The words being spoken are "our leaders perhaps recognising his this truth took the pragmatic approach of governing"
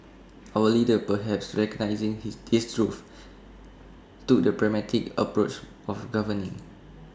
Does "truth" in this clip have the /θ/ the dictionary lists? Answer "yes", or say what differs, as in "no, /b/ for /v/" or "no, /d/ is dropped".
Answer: no, /f/ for /θ/